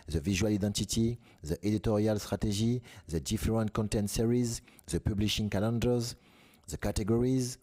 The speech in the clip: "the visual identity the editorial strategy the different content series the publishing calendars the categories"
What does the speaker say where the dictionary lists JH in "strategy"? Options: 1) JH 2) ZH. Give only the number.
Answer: 2